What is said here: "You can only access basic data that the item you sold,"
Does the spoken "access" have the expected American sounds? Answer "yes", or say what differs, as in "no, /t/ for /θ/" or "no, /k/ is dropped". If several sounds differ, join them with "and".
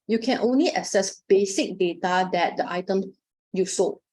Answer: no, /k/ is dropped